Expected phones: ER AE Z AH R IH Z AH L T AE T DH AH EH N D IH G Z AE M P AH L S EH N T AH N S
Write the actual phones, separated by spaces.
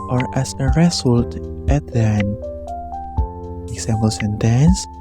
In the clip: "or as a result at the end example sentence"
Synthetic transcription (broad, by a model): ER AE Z AH R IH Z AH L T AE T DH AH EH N IH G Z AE M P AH L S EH N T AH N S